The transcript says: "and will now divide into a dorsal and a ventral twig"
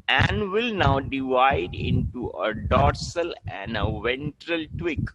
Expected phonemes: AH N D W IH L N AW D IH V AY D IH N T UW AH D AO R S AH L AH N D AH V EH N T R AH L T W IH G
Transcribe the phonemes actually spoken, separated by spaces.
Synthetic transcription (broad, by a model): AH N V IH L N AW D IH V AY D IH N T UW AH D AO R S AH L AH N D AH V EH N T R AH L T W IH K